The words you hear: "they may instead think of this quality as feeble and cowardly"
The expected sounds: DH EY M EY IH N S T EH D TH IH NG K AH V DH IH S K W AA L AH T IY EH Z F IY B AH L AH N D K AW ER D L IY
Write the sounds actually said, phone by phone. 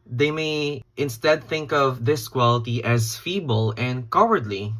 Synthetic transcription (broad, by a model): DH EY M EY IH N S T EH D TH IH NG K AH V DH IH S K W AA L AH T IY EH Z F IY B AH L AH N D K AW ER D L IY